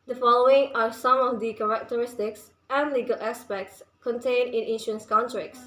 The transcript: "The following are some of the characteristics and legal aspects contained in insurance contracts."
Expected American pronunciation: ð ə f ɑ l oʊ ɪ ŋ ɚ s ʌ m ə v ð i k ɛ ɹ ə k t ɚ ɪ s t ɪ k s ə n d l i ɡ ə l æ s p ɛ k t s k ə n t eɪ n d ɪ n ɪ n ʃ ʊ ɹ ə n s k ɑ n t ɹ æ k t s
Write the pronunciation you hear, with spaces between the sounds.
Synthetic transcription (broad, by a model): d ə f ɑ l oʊ ɪ ŋ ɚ s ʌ m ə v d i k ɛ ɹ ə k t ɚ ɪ s t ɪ k s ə n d l i ɡ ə l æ s p ɛ k t s k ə n t eɪ n ɪ n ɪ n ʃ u ə n s k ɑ n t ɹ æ k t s